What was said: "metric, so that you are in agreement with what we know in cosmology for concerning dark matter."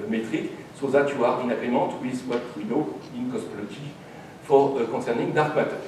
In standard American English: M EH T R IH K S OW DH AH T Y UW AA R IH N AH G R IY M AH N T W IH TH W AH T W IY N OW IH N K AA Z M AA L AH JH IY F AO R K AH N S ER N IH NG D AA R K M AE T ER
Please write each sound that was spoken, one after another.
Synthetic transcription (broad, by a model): M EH T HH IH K S OW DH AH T Y UW AA R IH N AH G R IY M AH T W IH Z W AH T W IY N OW IH N K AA S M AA L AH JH IY F AO R K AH S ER N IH NG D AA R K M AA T